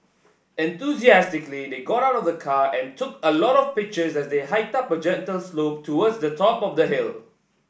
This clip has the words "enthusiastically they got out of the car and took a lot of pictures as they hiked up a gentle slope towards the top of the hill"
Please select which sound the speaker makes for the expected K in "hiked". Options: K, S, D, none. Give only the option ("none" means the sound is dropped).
none